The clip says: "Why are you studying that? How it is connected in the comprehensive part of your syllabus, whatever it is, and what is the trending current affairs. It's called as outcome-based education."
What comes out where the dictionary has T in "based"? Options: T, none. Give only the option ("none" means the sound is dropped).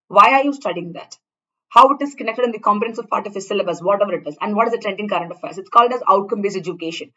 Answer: none